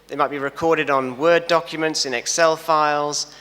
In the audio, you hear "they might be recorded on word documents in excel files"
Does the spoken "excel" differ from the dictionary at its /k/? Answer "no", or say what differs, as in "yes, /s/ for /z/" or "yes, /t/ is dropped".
no